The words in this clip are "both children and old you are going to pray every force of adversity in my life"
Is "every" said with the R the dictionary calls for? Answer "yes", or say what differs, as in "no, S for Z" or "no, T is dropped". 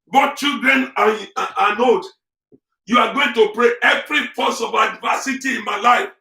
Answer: yes